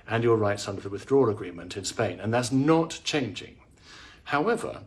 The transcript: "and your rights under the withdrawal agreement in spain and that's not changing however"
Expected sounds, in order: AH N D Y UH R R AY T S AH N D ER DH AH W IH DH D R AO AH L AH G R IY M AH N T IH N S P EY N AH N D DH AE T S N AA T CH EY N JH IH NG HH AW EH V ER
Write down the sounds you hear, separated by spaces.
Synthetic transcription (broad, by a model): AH N Y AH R R AY T S AH N D ER DH AH W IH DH D R AO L AH G R IY M AH N T IH N S P EY N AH N DH AE T S N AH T CH EY N JH IH NG HH AW EH V ER